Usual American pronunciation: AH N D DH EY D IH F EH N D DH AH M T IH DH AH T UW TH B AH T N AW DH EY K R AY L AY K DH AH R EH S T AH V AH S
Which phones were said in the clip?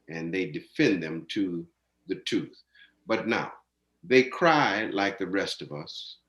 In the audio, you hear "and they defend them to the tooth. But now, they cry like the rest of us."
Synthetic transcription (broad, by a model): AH N DH EY D IH F EH N DH AH M T IH DH AH T UW TH B AH T N AW DH EY K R AY L AY K DH AH R EH S T AH V AH S